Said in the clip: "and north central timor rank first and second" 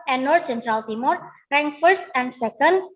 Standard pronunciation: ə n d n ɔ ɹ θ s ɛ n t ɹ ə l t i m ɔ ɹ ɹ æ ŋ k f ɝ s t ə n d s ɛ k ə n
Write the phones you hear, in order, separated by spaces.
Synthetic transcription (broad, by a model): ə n n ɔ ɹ s ɛ n t ɹ ə l t i m ɔ ɹ ɹ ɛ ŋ f ɝ s t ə n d s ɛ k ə n